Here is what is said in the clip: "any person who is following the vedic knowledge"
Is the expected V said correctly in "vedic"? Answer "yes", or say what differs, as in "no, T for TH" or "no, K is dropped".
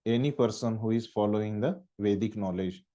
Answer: yes